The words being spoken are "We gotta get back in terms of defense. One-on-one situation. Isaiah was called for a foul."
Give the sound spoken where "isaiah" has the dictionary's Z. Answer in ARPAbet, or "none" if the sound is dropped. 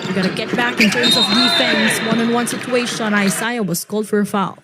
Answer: S